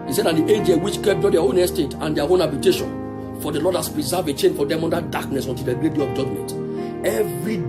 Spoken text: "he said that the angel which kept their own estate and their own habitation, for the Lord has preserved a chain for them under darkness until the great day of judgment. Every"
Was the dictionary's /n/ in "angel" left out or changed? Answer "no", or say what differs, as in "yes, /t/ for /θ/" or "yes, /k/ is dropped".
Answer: yes, /n/ is dropped